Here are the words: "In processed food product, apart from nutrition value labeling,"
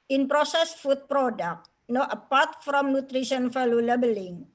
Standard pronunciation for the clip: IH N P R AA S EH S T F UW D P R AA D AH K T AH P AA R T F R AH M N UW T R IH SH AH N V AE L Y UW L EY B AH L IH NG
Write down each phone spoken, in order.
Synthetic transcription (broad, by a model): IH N P R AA S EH S F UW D P R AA D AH K T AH P AA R T F R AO M N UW T R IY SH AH N F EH L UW L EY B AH L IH NG